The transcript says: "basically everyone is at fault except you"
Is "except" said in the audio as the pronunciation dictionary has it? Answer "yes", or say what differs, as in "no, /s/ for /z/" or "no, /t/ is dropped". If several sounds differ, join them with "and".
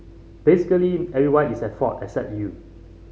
yes